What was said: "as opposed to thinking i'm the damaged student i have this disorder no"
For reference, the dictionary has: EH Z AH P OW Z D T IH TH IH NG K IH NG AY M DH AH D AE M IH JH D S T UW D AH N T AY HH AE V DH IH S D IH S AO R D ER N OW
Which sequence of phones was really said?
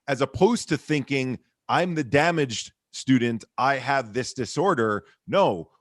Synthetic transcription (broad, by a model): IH Z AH P OW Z T IH TH IH NG K IH NG AY M DH AH D AE M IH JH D S T UW D N T AY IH V DH IH S D IH S AO R D ER N OW